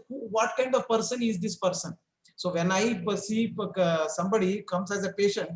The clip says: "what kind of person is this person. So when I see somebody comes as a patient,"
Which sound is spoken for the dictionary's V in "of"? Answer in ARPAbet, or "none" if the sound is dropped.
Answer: V